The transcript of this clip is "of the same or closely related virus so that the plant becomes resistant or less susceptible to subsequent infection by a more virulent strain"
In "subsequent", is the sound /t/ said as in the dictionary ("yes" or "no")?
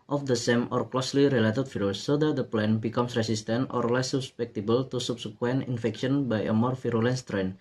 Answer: no